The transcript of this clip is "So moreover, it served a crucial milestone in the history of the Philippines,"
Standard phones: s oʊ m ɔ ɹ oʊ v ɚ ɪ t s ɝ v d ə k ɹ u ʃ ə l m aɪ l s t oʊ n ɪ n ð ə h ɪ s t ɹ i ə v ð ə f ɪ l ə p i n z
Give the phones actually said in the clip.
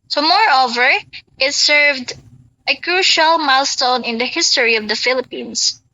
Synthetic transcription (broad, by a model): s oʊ m ɔ ɹ oʊ v ɚ ɪ t s ɝ v d ə k ɹ u ʃ ə l m aɪ l s t oʊ n ɪ n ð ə h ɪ s t ɹ i ə v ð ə f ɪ l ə p i n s